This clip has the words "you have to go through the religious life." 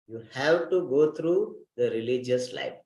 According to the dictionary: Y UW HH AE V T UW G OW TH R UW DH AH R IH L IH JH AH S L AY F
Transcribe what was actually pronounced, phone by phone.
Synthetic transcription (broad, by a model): Y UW HH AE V T UW G OW T R UW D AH R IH L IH JH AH S L AY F